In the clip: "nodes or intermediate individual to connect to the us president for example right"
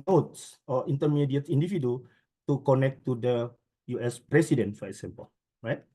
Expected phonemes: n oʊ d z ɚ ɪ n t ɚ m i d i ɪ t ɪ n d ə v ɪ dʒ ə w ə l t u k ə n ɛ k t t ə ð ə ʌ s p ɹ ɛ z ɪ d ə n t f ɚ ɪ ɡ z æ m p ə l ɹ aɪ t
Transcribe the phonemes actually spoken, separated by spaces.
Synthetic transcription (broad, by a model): n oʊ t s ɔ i n t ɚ m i d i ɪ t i n d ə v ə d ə t u k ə n ɛ k t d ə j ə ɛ s p ɹ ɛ s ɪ d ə n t f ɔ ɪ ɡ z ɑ m p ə l ɹ aɪ t